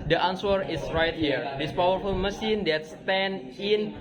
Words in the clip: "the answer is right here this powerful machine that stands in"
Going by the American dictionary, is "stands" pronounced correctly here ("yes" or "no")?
no